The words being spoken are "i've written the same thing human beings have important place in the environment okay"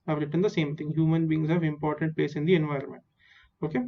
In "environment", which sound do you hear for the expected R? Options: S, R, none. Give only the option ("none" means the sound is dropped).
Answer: R